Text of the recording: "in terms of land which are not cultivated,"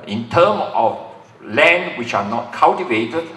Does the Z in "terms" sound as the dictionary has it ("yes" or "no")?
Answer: no